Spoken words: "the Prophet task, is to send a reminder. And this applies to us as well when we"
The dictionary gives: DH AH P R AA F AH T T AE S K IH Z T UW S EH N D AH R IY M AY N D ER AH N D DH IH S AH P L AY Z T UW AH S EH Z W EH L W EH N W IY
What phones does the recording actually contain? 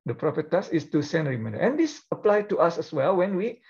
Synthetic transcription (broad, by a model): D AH P R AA P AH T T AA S IH S T UW S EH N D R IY M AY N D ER AH N D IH S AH P L AY T UW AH S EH S W EH L W EH N W IY